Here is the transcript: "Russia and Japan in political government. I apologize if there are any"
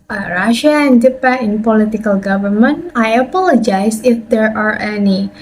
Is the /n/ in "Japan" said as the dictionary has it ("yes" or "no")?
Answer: no